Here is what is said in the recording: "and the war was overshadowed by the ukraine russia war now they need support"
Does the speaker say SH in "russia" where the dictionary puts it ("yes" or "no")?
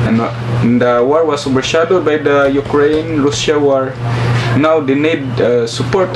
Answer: no